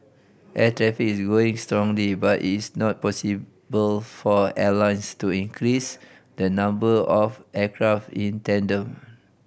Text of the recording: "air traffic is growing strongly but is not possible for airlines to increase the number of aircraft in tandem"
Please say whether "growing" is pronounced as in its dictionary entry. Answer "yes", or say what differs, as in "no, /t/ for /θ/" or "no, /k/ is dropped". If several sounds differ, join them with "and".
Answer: no, /ɹ/ is dropped